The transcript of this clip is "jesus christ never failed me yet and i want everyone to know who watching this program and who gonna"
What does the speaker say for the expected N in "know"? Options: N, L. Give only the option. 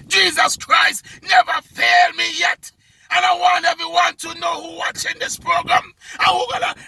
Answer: N